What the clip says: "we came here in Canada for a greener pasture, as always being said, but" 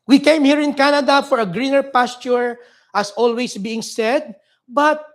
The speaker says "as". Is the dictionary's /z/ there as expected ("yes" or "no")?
no